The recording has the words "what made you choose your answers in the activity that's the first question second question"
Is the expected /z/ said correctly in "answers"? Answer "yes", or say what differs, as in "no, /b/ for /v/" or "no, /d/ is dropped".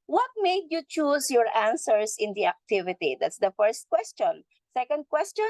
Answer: no, /s/ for /z/